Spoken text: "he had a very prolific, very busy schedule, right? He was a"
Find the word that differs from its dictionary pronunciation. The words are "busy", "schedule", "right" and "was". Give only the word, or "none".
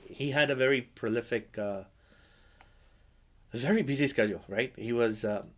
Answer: none